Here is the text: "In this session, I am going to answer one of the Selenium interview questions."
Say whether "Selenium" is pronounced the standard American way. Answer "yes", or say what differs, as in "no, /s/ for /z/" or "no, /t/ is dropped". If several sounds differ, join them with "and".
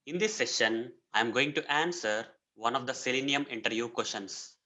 yes